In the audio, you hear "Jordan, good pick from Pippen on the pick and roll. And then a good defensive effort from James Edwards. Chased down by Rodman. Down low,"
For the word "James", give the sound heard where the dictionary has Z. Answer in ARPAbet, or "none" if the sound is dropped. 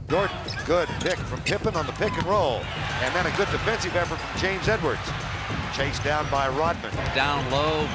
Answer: Z